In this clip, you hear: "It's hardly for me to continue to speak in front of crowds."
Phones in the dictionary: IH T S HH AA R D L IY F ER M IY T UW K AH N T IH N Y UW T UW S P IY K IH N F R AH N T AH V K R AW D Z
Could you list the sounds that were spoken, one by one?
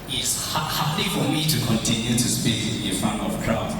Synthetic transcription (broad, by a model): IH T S HH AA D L IY F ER M IY T UW K AH N T IH N Y UW T UW S P IY K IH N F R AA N AH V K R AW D